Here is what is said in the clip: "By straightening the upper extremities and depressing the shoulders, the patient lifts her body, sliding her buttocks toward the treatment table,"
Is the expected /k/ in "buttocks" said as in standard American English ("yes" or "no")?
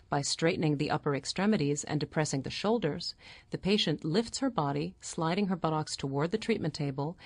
yes